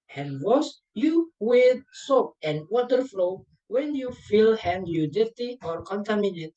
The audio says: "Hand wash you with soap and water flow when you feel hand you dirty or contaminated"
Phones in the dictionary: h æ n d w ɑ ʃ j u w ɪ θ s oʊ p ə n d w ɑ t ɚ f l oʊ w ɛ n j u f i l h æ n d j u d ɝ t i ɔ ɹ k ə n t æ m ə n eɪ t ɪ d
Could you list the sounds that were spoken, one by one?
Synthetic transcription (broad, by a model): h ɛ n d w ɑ s j u w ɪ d s oʊ p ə n w ɑ t ɚ f l oʊ w ɛ n j u f i l h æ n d j u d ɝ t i ɔ ɹ k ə n t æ m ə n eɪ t